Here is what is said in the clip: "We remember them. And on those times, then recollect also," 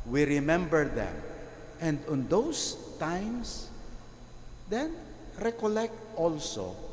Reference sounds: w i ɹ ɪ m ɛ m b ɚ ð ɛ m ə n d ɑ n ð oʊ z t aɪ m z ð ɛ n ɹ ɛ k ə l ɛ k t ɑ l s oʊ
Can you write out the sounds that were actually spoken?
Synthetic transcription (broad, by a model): w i ɹ ɪ m ɛ m b ɚ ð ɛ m ə n d ɑ n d oʊ s t aɪ m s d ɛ n ɹ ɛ k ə l ɛ k t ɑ l s oʊ